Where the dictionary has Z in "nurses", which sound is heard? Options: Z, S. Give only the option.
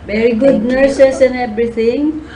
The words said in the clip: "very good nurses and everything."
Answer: S